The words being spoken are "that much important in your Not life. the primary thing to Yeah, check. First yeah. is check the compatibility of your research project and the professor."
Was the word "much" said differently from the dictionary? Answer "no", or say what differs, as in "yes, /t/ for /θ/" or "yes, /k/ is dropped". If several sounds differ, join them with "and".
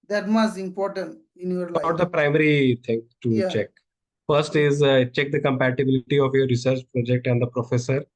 yes, /s/ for /tʃ/